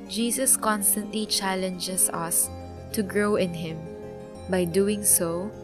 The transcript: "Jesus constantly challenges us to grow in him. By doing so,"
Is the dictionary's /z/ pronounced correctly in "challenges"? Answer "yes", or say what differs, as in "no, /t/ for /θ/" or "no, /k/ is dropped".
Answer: no, /s/ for /z/